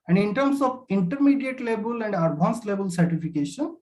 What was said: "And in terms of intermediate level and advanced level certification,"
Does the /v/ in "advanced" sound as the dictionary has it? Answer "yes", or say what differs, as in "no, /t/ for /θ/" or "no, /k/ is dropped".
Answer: no, /b/ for /v/